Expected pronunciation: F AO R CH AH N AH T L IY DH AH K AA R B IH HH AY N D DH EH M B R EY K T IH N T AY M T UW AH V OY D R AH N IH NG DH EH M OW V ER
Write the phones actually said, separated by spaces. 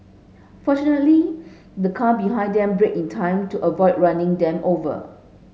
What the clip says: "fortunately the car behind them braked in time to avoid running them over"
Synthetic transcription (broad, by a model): F AO CH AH N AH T L IY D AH K AA B IH HH AY N D EH M B R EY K IH N T AY M T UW AH V OY D R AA N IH NG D EH M OW V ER